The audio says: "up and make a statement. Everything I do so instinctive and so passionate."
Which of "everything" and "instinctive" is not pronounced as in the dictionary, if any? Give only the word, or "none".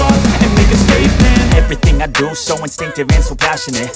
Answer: none